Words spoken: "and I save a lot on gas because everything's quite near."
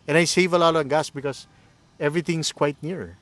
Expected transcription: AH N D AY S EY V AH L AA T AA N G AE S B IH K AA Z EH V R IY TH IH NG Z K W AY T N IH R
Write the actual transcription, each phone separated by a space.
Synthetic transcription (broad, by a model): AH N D AY S EY V AH L AA T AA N G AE S B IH K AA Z EH V R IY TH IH NG S K W AY T N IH R